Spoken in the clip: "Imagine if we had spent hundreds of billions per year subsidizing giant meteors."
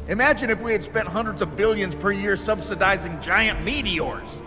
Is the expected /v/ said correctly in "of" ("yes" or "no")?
yes